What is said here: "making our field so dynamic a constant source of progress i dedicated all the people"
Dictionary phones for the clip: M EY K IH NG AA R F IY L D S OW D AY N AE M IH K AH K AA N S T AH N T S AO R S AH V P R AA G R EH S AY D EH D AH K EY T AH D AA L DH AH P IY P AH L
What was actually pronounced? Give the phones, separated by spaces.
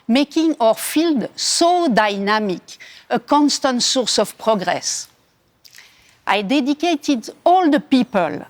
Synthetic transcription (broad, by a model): M EY K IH NG AA R F IY L D S OW D AY N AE M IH K AH K AA N S T AH N T S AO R S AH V P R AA G R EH S AY D EH D AH K EY T AH D AA L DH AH P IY P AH L